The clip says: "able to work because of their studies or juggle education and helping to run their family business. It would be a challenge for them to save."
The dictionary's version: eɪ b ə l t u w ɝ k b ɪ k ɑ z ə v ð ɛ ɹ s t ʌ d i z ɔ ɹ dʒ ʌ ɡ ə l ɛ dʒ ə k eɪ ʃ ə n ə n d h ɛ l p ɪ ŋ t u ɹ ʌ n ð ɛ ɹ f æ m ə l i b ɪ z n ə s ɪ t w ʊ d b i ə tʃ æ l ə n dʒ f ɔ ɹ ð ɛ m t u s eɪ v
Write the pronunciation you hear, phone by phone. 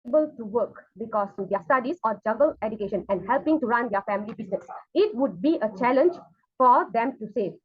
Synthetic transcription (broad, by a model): b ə l t u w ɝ k b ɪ k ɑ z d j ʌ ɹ s t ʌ d i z ɔ ɹ dʒ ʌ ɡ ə l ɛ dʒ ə k eɪ ʃ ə n ə n d h ɛ l p ɪ ŋ t u ɹ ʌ n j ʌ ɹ f æ m ə l i b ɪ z n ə s ɪ t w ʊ d b i ə tʃ æ l ə n dʒ f ɔ ɹ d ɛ m t u s eɪ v